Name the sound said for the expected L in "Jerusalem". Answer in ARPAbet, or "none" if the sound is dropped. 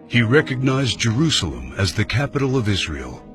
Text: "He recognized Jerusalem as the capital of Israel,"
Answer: L